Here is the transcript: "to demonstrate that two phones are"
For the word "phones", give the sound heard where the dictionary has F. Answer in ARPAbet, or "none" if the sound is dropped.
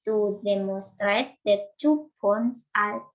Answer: P